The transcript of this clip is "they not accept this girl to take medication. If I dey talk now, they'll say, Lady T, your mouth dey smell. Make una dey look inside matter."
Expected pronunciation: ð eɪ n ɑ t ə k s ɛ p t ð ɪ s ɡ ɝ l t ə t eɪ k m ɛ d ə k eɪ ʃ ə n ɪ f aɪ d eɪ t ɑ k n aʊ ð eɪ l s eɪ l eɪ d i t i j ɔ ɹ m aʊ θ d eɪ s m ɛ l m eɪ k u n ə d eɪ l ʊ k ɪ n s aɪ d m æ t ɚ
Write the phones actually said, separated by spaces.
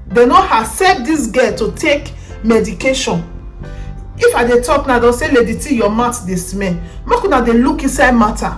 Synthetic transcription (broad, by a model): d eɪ n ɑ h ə s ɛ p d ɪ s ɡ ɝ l t ə t eɪ k m ɛ d ə k eɪ ʃ ə n ɪ f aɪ d eɪ t ɑ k n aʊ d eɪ s eɪ l eɪ d i t i j ɔ m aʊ t d eɪ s m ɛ n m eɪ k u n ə d eɪ l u k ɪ n s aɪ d m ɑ t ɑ